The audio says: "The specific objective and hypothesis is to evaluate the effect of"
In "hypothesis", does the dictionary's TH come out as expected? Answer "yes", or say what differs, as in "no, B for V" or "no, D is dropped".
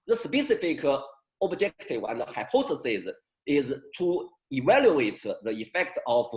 no, S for TH